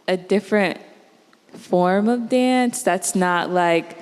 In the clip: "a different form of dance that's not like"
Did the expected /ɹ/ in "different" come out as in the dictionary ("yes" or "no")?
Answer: yes